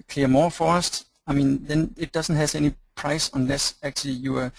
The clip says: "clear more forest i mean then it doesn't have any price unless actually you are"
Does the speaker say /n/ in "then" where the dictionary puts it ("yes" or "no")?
yes